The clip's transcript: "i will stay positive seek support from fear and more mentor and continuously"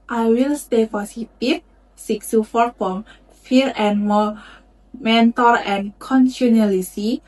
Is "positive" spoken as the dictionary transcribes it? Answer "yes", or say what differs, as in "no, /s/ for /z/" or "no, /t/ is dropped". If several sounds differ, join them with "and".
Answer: no, /s/ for /z/